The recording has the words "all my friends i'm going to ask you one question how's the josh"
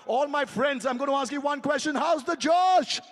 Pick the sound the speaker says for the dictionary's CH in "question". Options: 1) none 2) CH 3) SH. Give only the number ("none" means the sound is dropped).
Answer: 2